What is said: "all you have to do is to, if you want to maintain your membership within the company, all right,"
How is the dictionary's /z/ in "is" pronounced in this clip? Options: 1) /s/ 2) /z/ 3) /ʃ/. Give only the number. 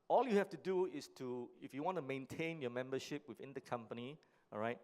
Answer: 1